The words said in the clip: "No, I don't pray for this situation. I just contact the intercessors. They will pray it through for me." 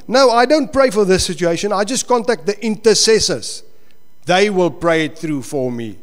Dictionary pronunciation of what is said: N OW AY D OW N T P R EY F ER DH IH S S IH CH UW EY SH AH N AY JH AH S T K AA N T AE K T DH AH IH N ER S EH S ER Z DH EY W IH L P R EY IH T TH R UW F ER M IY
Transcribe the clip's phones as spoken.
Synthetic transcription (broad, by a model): N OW AY D OW N T P R EY F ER DH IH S S IH CH UW EY SH AH N AY JH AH S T K AA N T AE K T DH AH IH N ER S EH S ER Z DH EY W IH L P R EY IH T TH R UW F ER M IY